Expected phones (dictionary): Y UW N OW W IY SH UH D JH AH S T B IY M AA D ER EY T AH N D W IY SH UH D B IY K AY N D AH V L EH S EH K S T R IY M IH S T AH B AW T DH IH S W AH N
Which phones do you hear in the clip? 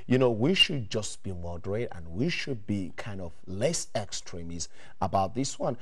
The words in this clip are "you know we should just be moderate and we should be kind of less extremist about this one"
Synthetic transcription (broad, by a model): Y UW N OW W IY SH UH D JH AH S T B IY M AA D ER EY T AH N W IY SH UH D B IY K AY N D AH V L EH S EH K S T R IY M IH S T AH B AW T DH IH S W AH N